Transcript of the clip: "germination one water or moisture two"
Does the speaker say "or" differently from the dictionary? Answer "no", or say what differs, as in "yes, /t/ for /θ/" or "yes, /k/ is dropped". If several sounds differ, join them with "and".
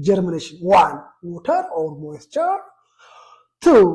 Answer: yes, /l/ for /ɹ/